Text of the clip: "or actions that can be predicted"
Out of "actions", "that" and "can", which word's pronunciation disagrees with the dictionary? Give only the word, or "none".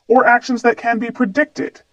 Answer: none